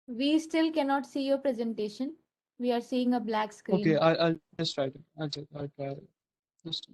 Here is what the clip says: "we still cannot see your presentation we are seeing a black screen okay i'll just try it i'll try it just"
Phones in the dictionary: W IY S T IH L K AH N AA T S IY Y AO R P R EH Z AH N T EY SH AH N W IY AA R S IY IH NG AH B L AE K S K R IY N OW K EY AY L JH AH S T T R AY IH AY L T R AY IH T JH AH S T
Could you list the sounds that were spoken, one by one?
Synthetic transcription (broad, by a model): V IY S T IH L K AH N AA T S IY Y AO R P R EH Z AH N T EY SH AH N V IY AA R S IY IH NG AH B L AE K S K R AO IY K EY AY L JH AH S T T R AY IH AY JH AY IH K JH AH S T